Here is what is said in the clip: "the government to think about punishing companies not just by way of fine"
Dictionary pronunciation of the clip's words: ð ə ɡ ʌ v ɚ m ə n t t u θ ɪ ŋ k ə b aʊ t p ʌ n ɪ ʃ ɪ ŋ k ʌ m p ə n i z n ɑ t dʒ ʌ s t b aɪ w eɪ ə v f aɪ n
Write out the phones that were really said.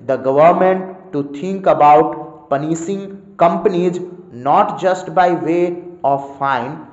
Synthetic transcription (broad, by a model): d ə ɡ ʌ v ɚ m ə n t t u t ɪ ŋ k ə b aʊ t p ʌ n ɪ s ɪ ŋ k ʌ m p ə n i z n ɑ t dʒ ʌ s t b aɪ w eɪ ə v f aɪ n